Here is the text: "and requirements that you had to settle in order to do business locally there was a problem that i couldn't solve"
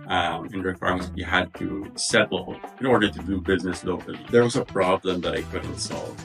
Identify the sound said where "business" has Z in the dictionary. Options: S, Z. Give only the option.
Z